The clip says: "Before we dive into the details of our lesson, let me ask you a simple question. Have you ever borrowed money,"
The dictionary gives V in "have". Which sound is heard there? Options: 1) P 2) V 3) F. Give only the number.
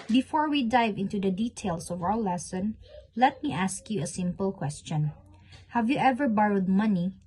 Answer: 2